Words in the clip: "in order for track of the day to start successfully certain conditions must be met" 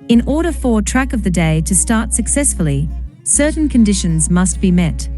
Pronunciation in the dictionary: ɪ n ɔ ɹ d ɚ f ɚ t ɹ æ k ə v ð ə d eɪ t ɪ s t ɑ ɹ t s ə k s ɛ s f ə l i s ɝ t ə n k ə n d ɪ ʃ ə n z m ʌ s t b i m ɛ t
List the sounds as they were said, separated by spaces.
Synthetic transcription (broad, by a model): ɪ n ɔ ɹ d ɚ f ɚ t ɹ æ k ə v ð ə d eɪ t ɪ s t ɑ ɹ t s ə k s ɛ s f ə l i s ɝ t n k ə n d ɪ ʃ ə n z m ʌ s t b i m ɛ t